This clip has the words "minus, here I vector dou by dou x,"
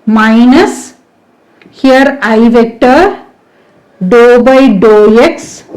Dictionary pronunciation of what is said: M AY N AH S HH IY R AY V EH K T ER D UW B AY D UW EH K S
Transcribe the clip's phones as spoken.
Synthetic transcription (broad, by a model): M AY N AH S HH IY R AY V EH K T ER D UW B AY D UW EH K S